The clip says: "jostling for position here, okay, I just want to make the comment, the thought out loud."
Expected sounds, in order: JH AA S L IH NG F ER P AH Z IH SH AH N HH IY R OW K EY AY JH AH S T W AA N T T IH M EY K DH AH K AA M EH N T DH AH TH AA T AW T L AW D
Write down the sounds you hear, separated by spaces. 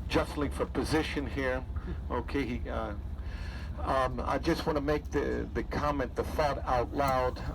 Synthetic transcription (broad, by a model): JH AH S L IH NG F ER P AH Z IH SH AH N HH IY R OW K EY AY JH AH S T W AA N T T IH M EY K DH AH K AA M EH N DH AH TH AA T AW T L AW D